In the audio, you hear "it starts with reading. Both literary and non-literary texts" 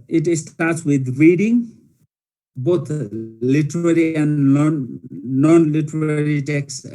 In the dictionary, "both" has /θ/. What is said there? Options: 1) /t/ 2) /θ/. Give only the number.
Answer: 1